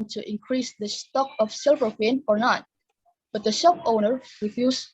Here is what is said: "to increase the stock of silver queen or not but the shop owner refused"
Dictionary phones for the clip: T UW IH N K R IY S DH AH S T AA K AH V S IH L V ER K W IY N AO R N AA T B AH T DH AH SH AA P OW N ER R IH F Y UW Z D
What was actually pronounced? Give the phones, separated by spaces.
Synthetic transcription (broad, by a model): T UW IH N K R IY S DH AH S T AA K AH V S IH L V ER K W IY N AO R N AA T B AH T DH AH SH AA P OW N ER R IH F Y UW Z